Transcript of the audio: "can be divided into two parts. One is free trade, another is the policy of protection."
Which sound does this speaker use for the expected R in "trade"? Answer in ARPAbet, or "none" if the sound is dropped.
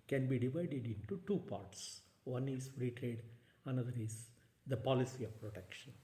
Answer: R